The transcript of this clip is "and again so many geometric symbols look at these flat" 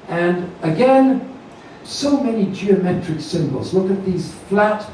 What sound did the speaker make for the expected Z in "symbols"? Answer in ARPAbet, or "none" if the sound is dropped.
Z